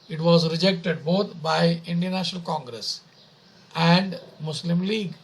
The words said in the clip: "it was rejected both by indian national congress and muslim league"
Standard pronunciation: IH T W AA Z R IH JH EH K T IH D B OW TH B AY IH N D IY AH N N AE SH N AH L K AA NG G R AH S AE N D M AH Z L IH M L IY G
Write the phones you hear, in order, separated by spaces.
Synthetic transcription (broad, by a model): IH T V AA Z R IH JH EH K T IH D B OW T B AY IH N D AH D N AE SH N AH L K AA NG G R AH S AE N D M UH S L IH M L IY G